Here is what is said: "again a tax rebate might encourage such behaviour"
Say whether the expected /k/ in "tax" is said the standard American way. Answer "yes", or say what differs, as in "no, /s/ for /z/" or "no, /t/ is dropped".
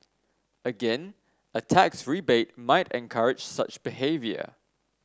yes